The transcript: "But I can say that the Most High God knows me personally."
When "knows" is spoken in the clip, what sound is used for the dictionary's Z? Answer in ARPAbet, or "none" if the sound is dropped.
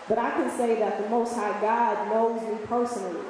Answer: Z